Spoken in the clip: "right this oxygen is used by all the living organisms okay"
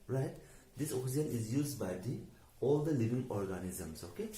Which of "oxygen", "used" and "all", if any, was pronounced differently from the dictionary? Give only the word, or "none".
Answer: oxygen